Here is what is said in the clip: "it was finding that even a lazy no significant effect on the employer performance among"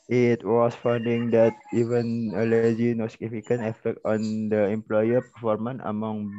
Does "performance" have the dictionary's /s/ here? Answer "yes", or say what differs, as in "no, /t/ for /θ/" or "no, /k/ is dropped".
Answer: no, /s/ is dropped